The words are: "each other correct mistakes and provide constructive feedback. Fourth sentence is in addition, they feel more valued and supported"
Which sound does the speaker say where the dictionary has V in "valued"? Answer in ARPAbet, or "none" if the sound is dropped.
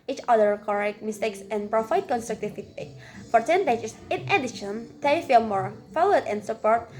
F